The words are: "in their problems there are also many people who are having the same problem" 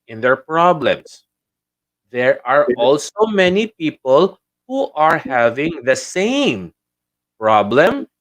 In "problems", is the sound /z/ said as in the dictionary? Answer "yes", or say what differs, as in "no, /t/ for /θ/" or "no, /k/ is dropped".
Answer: no, /s/ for /z/